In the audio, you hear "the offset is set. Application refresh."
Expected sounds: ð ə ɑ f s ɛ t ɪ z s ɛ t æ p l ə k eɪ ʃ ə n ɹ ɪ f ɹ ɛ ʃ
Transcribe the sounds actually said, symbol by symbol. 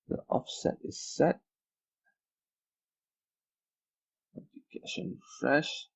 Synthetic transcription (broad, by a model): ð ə ɑ f s ɛ t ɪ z s ɛ t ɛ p ə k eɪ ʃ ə n f ɹ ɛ ʃ